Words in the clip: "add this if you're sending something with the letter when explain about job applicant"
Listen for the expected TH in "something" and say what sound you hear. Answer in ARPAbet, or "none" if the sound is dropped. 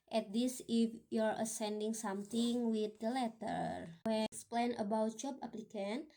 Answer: T